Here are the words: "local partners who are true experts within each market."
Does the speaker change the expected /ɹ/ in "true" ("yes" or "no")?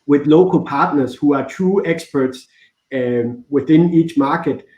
yes